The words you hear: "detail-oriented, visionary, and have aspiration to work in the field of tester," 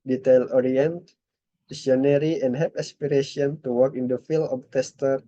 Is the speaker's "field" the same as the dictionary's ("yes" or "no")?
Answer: no